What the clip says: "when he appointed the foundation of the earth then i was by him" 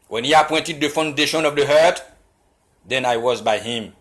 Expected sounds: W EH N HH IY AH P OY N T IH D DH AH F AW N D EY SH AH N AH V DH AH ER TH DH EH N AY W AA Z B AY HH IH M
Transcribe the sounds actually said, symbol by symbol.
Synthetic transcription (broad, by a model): W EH N HH IY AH P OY N T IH D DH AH F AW N D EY SH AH N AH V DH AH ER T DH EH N AY W AA Z B AY HH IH M